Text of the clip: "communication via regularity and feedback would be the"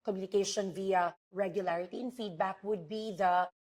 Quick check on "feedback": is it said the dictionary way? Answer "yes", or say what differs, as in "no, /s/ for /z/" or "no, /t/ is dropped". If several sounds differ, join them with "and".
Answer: yes